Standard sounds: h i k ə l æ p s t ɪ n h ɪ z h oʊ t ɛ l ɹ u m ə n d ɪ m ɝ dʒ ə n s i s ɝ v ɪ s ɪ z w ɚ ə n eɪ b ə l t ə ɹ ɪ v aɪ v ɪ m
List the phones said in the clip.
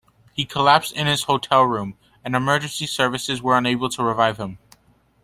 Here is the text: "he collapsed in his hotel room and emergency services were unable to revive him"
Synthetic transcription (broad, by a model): h i k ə l æ p s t ɪ n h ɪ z h oʊ t ɛ l ɹ u m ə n ɪ m ɝ dʒ ə n s i s ɝ v ɪ s ɪ z w ɚ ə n eɪ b l t ə ɹ ɪ v aɪ v ɪ m